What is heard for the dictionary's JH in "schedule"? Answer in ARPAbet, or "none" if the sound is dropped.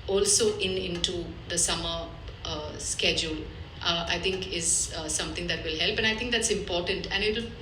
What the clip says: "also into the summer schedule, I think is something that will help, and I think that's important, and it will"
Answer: JH